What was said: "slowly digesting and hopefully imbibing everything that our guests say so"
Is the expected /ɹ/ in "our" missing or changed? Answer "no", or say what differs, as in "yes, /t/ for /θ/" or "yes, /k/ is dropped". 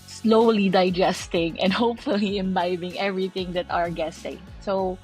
no